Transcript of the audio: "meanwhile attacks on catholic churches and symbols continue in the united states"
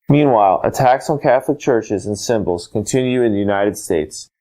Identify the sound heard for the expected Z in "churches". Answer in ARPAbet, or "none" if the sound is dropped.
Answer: Z